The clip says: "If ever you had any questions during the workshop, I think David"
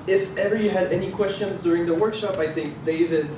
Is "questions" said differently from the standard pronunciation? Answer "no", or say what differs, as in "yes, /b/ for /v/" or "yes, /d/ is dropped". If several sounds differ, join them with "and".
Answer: no